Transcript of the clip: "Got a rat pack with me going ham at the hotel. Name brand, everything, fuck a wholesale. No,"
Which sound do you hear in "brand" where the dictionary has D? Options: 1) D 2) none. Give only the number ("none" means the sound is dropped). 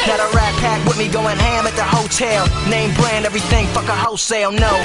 1